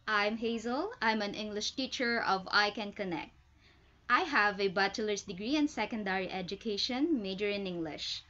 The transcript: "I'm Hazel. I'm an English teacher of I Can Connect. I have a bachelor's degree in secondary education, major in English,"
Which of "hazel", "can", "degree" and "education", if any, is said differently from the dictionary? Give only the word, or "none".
none